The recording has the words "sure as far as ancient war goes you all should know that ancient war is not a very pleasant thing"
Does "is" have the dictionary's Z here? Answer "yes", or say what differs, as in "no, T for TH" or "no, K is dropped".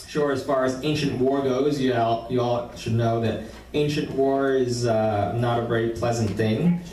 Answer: yes